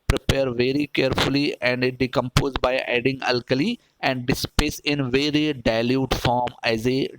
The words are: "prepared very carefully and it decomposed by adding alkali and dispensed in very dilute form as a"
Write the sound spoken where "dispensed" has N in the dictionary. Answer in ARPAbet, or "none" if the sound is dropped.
none